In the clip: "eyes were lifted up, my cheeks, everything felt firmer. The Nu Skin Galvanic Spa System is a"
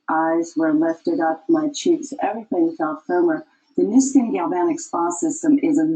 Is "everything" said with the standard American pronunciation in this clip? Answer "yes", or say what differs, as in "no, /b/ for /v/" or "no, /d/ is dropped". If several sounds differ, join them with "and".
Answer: yes